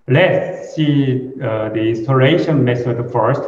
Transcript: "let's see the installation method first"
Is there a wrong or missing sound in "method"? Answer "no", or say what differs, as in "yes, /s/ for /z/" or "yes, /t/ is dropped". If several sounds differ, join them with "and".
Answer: yes, /s/ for /θ/